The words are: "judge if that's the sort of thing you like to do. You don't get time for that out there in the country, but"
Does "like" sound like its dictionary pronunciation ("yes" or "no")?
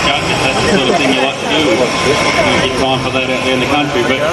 yes